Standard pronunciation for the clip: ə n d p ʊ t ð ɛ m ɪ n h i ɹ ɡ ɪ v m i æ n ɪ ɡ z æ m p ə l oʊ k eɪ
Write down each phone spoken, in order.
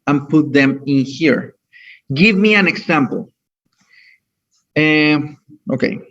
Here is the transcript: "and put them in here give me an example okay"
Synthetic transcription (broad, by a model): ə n p ʊ t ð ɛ m ɪ n h i ɹ ɡ ɪ v m i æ n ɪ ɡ s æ m p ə l oʊ k eɪ